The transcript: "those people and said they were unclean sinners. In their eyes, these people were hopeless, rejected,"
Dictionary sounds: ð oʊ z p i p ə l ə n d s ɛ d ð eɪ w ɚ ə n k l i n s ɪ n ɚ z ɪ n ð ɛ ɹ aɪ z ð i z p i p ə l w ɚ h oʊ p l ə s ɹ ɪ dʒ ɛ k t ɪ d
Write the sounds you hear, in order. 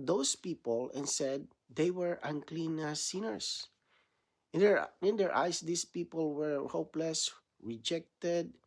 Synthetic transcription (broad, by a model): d oʊ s p i p ə l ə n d s ɛ d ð eɪ w ɚ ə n k l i n s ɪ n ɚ s ɪ n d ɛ ɹ aɪ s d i s p i p ə l w ɚ h oʊ p l ə s ɹ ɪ dʒ ɛ k t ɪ d